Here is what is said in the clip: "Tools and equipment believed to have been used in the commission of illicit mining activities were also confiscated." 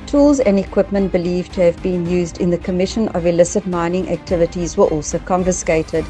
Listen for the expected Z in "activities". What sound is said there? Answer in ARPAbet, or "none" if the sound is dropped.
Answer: Z